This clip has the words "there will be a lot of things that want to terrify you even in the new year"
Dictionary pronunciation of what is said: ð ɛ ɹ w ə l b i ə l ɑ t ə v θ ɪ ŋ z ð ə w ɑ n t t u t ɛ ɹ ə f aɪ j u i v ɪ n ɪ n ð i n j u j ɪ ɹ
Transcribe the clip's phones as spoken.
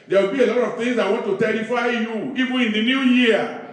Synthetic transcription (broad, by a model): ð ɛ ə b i ə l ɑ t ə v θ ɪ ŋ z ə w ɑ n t t u t ɛ ɹ ə f aɪ j u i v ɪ ɪ n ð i n j u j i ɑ